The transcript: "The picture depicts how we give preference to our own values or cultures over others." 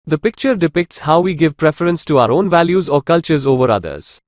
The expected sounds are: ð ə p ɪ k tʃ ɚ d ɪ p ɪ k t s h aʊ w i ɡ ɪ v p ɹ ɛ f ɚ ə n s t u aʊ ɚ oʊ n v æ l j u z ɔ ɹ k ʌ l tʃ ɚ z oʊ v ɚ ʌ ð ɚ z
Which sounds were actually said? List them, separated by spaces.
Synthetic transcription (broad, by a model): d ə p ɪ k tʃ ɚ d ɪ p ɪ k t s h aʊ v i ɡ ɪ v p ɹ ɛ f ɚ ə n s t u aʊ ɚ oʊ n v æ l j u z ɔ ɹ k ʌ l tʃ ɚ z oʊ v ɚ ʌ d ɚ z